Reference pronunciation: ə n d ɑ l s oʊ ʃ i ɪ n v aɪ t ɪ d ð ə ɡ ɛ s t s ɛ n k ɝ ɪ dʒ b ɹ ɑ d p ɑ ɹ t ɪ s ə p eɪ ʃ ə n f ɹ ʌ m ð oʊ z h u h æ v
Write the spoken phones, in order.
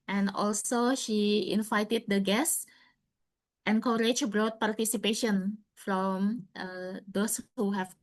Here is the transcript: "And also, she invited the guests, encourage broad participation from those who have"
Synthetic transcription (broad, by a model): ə n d ɑ l s oʊ ʃ i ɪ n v aɪ t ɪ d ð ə ɡ ɛ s s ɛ n k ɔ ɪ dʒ b ɹ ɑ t p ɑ ɹ t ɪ s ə p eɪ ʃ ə n f ɹ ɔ m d oʊ s h u h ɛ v